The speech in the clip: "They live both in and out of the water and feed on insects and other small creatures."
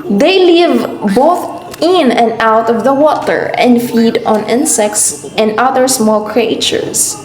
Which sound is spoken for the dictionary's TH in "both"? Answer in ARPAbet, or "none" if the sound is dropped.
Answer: TH